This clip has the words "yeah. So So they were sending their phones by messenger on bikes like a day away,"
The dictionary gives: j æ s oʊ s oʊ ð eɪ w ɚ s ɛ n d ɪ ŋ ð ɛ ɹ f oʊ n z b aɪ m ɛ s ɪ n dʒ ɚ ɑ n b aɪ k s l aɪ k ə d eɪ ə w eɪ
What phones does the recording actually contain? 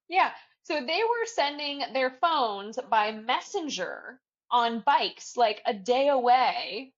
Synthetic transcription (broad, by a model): j æ s oʊ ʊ ð eɪ w ɚ s ɛ n d ɪ ŋ ð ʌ ɹ f oʊ n z b aɪ m ɛ s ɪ n dʒ ɚ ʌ n b aɪ k s l aɪ k ə d eɪ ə w eɪ